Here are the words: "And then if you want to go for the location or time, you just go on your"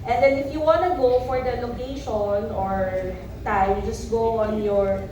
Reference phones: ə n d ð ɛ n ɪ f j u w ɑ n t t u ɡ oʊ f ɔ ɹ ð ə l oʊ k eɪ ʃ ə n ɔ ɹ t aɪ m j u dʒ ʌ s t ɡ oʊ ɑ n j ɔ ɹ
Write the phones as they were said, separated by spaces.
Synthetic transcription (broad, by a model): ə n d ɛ n ɪ f j u w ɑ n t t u ɡ oʊ f ɔ ɹ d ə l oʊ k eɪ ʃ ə n ɔ ɹ t aɪ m j u dʒ ʌ s t ɡ oʊ ɑ n j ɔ ɹ